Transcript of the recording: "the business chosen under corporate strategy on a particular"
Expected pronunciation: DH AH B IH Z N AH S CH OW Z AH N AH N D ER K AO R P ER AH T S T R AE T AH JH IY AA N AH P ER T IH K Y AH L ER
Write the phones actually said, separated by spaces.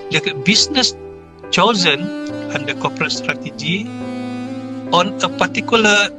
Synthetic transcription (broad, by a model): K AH B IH S N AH S CH OW Z AH N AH N D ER K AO P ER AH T S T R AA T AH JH IY AA N AH P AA T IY K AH L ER